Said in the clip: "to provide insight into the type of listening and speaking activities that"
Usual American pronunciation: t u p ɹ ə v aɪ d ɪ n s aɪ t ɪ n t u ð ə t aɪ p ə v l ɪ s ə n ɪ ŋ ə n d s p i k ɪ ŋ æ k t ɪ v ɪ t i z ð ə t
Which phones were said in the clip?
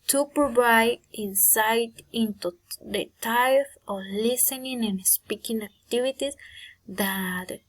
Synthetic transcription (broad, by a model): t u p ɹ ə v aɪ d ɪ n s aɪ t ɪ n t u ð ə t aɪ f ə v l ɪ s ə n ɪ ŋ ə n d s p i k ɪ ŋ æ k t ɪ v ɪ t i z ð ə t